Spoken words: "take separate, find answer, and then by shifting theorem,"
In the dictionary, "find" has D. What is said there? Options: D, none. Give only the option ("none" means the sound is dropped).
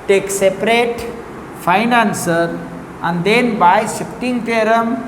none